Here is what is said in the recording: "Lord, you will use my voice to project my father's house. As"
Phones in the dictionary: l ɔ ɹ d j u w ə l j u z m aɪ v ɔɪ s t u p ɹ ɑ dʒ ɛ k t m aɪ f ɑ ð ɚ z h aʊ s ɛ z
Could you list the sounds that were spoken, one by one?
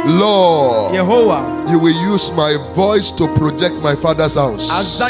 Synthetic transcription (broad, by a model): l ɔ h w j u w ə l j u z m aɪ v ɔɪ s t u p ɹ ɑ dʒ ɛ k t m aɪ f ɑ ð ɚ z h aʊ s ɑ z